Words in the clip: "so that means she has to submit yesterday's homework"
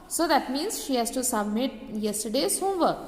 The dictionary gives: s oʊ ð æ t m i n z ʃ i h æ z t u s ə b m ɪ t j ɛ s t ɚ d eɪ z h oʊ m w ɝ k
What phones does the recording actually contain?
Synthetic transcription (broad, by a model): s oʊ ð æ t m i n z ʃ i h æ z t u s ə b m ɪ t j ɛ s t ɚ d eɪ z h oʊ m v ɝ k